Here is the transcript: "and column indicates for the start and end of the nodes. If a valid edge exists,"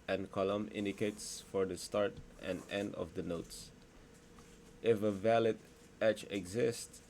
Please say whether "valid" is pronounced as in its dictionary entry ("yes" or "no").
yes